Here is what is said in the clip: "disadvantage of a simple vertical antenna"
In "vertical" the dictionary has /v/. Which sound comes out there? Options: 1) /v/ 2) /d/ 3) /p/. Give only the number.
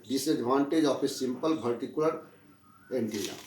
3